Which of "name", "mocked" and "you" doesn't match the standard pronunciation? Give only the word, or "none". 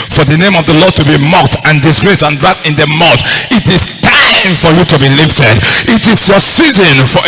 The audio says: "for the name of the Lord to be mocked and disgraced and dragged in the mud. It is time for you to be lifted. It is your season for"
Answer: none